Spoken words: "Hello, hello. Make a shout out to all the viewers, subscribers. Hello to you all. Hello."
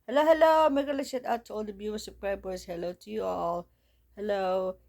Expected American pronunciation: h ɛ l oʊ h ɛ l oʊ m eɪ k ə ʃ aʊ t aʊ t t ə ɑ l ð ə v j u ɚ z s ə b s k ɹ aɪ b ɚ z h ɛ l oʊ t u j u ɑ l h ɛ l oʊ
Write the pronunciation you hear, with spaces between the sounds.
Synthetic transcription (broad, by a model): h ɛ l oʊ h ɛ l oʊ m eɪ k ə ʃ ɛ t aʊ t t ə ɑ l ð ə b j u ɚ s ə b k ɹ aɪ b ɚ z h ɛ l oʊ t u j u ɑ l h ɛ l oʊ